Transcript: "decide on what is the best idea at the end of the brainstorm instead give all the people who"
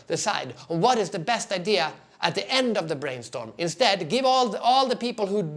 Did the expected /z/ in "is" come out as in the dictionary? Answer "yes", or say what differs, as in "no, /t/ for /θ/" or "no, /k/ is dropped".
yes